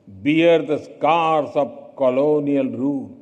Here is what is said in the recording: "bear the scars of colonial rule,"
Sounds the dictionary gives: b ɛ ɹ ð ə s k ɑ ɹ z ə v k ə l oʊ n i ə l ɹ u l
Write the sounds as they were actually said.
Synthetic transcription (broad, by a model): b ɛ ɹ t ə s k ɑ ɹ s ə b k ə l oʊ n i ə l ɹ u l